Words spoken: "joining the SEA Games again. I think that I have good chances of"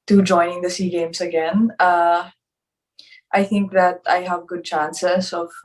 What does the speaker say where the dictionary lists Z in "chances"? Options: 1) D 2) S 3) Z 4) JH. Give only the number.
2